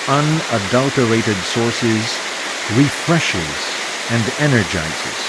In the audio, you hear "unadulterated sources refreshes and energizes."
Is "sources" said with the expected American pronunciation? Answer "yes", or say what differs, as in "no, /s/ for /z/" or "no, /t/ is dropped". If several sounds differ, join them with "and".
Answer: yes